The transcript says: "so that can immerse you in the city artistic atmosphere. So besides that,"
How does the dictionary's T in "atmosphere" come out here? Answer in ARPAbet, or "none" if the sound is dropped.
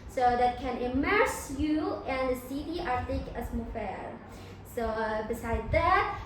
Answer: S